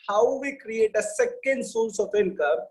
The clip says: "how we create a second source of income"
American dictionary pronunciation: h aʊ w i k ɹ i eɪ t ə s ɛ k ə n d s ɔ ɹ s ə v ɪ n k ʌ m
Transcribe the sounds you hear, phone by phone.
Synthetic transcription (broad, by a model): h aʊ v i k ɹ i eɪ t ə s ɛ k ə n d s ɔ l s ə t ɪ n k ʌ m